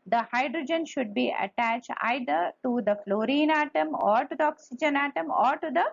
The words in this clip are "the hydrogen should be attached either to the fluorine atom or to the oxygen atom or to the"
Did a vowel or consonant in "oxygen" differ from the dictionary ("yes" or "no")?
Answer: no